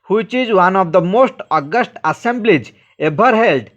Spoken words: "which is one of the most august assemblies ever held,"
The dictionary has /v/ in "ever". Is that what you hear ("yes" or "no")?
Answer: no